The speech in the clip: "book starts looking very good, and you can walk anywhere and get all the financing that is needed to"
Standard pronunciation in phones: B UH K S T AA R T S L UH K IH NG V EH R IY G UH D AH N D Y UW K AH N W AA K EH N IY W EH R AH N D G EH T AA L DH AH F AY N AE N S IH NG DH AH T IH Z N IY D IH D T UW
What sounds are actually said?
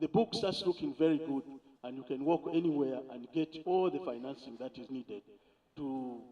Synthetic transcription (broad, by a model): B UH K S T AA T S L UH K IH NG V EH R IY G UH D AH N D Y UW K AH N W AA K EH N IY W EH R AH N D G EH T AA L DH AH F AY N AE N S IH NG DH AH T IH Z N IY D IH D T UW